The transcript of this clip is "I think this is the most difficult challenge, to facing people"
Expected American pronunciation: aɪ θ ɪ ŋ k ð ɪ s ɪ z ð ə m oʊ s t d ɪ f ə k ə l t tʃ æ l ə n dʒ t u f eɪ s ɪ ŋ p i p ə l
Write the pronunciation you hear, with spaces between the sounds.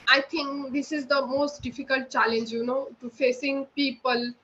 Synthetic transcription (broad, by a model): aɪ t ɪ ŋ k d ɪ s ɪ z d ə m oʊ s t d ɪ f ə k ə l t tʃ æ l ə n dʒ t u f eɪ s ɪ ŋ p i p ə l